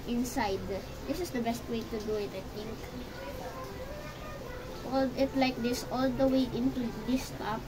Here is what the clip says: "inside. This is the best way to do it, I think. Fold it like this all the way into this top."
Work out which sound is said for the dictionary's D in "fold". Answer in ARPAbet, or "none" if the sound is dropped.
none